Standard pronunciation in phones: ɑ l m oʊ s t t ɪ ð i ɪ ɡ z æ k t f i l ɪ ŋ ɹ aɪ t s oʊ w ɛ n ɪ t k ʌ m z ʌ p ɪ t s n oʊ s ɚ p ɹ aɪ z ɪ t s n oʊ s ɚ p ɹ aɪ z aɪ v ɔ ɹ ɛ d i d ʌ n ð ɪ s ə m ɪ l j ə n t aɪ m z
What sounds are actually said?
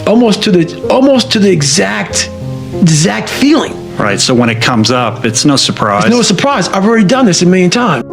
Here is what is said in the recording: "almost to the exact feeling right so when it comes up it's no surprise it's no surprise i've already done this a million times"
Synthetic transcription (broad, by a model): ɑ l m oʊ s t t ɪ ð i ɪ ɡ z æ k t f i l ɪ ŋ ɹ aɪ t s oʊ w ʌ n ɪ t k ʌ m z ʌ p ɪ t s n oʊ s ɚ p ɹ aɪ ɪ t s n oʊ s ɚ p ɹ aɪ z aɪ v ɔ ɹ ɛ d i d ʌ n ð ɪ s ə m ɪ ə n t aɪ m